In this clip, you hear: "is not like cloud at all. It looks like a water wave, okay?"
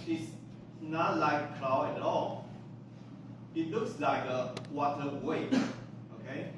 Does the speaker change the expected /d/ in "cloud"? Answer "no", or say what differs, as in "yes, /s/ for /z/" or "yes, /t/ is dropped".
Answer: yes, /d/ is dropped